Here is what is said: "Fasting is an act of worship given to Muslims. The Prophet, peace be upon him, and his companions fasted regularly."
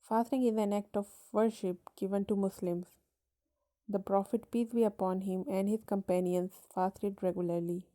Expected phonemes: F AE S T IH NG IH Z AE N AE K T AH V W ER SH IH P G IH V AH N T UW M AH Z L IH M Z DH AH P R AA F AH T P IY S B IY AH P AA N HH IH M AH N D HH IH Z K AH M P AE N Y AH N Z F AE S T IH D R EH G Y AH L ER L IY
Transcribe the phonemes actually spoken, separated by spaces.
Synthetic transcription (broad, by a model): F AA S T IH NG IH Z AE N AE K T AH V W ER SH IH P G IH V AH N T UW M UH S L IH M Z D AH P R AA F AH T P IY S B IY AH P AA N HH IH M AH N D HH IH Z K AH M P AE N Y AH N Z F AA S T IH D R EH G Y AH L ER L IY